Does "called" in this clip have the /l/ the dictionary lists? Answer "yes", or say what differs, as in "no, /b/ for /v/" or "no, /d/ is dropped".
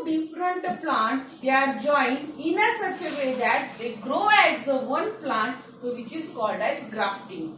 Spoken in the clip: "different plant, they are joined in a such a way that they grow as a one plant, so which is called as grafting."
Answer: yes